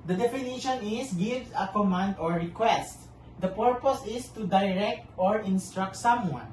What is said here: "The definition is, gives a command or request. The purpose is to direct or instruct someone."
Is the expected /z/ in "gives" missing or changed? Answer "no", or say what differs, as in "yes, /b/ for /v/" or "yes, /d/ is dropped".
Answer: yes, /z/ is dropped